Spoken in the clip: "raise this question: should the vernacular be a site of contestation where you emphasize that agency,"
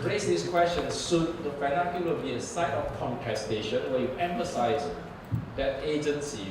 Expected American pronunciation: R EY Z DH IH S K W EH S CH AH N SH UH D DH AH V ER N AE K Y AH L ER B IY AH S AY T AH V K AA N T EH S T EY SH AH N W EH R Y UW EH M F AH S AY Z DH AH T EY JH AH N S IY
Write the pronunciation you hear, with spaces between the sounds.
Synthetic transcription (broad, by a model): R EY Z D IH S K W EH S CH AH N S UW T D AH F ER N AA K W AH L B IY AH S AY T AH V K AA N T EH S T EY SH AH N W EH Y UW EH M F AH S AY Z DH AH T EY JH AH N S IY